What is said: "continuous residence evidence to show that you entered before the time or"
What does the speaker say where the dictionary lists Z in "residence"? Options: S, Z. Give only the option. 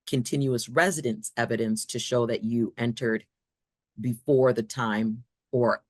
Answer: Z